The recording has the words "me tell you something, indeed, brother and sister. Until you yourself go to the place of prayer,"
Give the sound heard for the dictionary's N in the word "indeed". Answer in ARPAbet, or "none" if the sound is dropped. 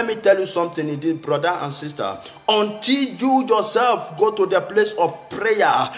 none